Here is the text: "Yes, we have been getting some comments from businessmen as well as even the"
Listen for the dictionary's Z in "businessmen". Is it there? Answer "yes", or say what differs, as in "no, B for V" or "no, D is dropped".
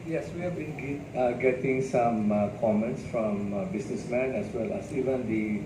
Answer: no, S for Z